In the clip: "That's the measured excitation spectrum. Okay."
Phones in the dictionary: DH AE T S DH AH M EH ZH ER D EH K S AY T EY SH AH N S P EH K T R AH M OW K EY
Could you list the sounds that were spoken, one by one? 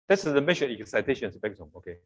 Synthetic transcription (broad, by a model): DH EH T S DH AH M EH SH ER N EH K S AY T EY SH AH N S B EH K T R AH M OW K EY